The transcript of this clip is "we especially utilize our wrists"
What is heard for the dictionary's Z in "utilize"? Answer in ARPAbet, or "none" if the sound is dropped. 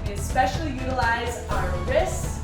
Z